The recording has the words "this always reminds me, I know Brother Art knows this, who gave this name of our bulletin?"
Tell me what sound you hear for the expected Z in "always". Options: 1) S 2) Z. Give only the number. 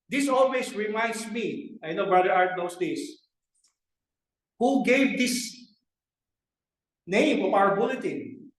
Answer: 1